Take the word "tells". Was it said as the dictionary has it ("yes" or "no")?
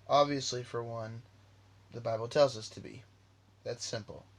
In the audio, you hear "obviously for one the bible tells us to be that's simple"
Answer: yes